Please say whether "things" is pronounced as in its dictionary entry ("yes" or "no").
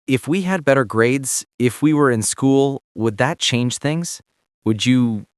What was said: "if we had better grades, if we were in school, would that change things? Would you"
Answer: yes